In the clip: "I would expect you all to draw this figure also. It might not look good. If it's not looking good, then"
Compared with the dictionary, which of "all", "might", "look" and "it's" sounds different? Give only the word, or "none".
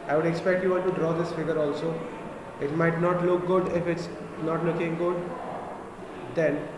all